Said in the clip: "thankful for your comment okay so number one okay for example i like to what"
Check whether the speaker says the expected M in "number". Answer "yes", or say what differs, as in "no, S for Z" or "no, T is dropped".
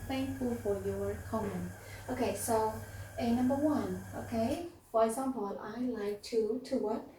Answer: yes